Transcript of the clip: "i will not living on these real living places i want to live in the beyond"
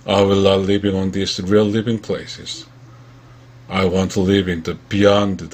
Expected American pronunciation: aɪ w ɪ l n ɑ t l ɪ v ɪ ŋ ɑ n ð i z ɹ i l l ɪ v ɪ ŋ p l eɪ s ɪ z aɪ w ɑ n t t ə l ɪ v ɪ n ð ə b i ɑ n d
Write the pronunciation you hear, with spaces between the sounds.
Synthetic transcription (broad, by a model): aɪ w ɪ l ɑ l ɪ v ɪ ŋ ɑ n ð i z ɹ i l l ɪ v ɪ ŋ p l eɪ s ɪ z aɪ w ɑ n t t ə l ɪ v ɪ n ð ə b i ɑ n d